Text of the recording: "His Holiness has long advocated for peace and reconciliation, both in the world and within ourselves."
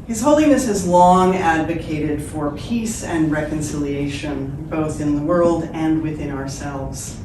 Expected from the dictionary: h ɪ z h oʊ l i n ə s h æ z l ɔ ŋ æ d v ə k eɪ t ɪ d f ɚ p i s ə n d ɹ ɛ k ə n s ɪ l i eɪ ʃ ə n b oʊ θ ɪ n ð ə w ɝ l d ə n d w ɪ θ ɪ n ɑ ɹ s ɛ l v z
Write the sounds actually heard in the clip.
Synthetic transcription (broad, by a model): h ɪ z h oʊ l i n ə s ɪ z l ɔ ŋ æ d v ə k eɪ t ɪ d f ɚ p i s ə n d ɹ ɛ k ə n s ɪ l i eɪ ʃ ə n b oʊ θ ɪ n ð ə w ɝ l d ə n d w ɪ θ ɪ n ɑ ɹ s ɛ l v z